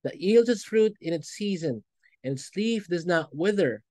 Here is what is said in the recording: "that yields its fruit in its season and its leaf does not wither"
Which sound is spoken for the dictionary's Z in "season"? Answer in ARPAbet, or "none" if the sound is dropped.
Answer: Z